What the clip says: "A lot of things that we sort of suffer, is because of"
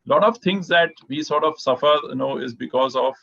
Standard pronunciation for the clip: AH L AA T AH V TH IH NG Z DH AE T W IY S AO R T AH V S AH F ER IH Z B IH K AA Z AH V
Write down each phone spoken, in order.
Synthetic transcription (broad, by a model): L AA T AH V T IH NG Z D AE T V IY S AO R T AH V S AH F ER IH Z B IH K AA Z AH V